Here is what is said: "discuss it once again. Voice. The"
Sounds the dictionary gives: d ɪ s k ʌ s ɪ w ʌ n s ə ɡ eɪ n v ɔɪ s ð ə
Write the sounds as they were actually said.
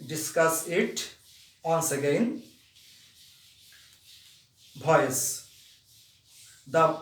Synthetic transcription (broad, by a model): d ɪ s k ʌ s ɪ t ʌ n s ə ɡ eɪ n b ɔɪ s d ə